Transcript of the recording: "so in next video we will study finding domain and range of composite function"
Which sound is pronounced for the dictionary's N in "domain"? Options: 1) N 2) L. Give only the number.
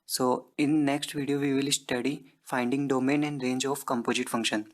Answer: 1